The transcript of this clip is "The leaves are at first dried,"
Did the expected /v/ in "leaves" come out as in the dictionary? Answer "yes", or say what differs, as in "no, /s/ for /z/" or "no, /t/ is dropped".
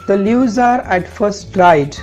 no, /v/ is dropped